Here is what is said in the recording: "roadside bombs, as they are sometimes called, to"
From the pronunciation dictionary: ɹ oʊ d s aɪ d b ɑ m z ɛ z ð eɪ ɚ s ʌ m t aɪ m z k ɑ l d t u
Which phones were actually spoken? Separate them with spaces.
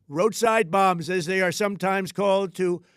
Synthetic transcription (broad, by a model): ɹ oʊ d s aɪ d b ɑ m z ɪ z ð eɪ ɚ s ʌ m t aɪ m z k ɑ l d t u